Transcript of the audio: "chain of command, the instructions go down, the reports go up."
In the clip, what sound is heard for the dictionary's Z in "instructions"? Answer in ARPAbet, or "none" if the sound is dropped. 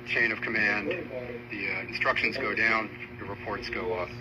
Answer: Z